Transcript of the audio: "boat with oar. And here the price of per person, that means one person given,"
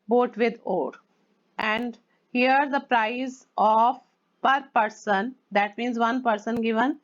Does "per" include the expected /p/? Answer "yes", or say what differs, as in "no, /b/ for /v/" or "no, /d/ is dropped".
yes